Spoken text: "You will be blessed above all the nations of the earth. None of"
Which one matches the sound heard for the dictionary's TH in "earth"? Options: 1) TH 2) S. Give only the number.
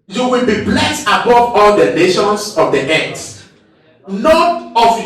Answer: 2